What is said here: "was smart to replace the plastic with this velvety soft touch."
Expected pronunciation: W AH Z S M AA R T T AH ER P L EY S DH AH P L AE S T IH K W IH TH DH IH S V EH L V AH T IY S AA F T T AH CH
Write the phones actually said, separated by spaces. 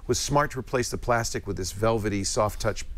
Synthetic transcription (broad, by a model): W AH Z S M AA R T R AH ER P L EY S DH AH P L AE S T IH K W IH DH IH S V EH L V AH T IY S AA F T T AH CH